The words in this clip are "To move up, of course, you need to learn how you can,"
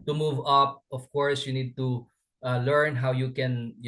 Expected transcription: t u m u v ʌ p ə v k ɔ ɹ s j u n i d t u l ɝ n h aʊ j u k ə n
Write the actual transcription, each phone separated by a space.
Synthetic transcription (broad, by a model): t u m u v ʌ p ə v k ɔ ɹ s j u n i d t u l ɝ n h aʊ j u k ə n